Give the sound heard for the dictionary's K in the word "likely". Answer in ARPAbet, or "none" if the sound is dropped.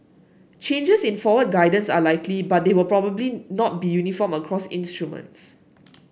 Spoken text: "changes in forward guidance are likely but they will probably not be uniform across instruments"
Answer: K